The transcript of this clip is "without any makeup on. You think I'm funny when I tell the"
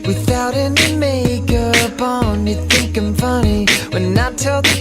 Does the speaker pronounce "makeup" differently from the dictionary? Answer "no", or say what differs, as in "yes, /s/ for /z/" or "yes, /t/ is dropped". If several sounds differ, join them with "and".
yes, /b/ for /p/